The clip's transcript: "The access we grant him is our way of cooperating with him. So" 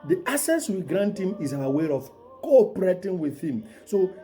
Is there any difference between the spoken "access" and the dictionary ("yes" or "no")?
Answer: yes